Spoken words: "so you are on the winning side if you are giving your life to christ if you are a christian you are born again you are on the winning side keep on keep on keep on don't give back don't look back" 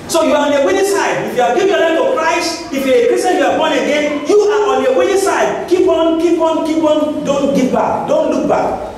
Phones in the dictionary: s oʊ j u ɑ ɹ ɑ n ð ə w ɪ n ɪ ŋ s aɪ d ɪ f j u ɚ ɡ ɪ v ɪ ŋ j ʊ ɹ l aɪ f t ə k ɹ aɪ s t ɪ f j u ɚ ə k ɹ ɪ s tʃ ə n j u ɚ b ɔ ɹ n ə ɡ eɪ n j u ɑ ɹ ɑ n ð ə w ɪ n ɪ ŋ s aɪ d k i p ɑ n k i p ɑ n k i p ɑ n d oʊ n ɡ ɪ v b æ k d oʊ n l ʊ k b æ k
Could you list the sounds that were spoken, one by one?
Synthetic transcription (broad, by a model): s oʊ j u ɑ ɹ ɑ n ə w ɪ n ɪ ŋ s aɪ d ɪ f j u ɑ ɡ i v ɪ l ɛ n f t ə k ɹ aɪ s t ɪ f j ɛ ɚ ə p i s ə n j u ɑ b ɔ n ə ɡ eɪ n j u ɑ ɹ ɑ n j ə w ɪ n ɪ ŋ s aɪ d k i p ɑ n k i p ɑ n k i p ɑ n d oʊ n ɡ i p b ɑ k d oʊ n l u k b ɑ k